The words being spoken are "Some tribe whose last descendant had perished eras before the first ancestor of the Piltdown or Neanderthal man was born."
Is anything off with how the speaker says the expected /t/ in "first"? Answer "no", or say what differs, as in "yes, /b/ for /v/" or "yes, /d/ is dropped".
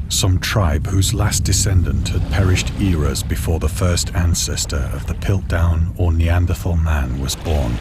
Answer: no